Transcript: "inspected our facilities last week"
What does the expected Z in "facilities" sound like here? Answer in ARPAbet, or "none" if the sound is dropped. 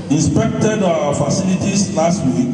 S